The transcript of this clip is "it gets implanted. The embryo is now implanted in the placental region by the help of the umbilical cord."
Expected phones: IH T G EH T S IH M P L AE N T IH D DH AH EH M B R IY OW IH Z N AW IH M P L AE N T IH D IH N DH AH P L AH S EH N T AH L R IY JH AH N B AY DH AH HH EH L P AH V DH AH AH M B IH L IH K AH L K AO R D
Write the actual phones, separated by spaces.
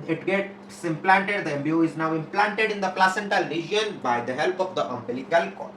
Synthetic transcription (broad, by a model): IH T G EH T S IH M P L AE N T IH D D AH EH M B IY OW IH Z N AW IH M P L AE N T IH D IH N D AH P L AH S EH N T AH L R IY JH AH N B AY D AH HH EH L P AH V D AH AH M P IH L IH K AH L K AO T